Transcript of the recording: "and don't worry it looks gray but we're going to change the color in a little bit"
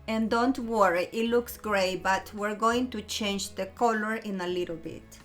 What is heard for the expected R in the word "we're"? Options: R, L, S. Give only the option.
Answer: R